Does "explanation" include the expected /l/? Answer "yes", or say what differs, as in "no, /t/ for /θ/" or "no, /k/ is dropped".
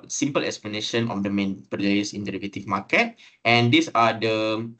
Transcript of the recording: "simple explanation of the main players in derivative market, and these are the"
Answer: yes